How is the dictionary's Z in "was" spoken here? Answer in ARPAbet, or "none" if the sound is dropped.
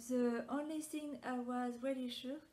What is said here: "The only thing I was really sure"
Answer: Z